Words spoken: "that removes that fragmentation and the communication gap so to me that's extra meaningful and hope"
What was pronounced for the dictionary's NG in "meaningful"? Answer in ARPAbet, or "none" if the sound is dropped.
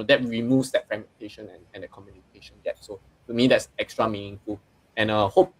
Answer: NG